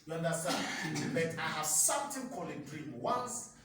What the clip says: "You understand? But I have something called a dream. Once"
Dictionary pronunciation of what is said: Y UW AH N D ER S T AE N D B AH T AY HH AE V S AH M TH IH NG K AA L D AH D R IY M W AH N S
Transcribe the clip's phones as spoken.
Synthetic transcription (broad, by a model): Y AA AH N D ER S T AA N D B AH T AY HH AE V S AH M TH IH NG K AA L AH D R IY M W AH N S